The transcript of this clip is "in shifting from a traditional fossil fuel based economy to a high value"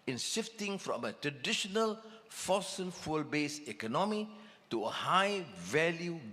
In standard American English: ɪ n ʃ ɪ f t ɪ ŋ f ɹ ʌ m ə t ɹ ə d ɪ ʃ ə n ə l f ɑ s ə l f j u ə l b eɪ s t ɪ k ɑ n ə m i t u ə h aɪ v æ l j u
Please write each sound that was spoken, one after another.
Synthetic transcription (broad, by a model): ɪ n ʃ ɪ f t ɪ ŋ f ɹ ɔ m ə t ɹ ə d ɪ ʃ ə n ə l f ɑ s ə n f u l b eɪ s ɪ k ɑ n ə m i t u ə h aɪ v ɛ l j u